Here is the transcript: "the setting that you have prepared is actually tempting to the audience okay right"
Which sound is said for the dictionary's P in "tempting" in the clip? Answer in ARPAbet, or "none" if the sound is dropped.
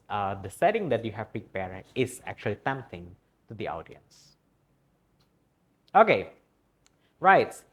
none